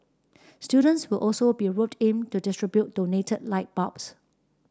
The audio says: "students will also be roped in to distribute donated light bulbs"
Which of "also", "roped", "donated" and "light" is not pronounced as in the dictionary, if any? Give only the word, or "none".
roped